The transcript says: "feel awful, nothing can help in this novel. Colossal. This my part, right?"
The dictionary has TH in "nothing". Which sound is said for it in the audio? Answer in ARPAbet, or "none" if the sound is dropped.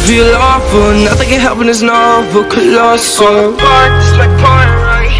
TH